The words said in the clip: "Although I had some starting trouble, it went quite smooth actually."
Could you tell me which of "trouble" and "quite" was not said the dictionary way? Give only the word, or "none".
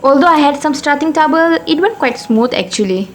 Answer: trouble